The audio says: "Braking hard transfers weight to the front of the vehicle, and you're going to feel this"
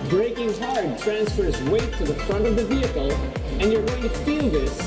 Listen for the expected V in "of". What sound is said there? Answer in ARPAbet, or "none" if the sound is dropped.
V